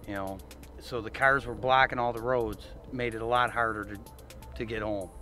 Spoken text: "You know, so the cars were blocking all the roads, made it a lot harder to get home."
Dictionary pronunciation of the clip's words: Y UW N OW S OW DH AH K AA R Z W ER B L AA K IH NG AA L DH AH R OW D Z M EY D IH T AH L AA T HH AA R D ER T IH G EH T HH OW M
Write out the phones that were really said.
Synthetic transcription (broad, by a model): Y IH N OW S OW DH AH K AA R Z W ER B L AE K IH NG AA L DH AH R OW D Z M EY D IH T AH L AA T HH AA R D ER T IH G EH T HH OW M